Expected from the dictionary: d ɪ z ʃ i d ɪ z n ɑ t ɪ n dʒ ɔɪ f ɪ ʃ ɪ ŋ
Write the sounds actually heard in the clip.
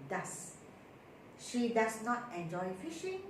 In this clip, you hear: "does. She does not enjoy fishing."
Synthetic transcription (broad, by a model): d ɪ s ʃ i d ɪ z n ɑ t ɪ n dʒ ɔɪ f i ʃ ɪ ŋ